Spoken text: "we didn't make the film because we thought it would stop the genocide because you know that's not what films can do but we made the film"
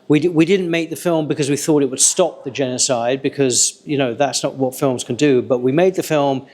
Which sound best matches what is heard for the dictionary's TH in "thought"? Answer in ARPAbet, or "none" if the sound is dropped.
TH